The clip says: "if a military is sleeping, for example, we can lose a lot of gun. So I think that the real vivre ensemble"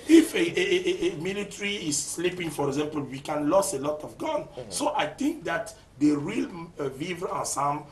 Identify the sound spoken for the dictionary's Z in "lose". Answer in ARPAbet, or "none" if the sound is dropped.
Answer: S